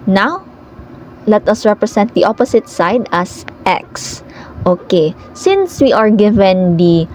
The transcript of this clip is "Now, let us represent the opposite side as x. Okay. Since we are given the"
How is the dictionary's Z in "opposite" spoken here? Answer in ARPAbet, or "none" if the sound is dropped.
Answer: S